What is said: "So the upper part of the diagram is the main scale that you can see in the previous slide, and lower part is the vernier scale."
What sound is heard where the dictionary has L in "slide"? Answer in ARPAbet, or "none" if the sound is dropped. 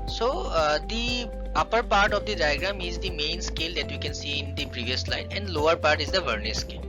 L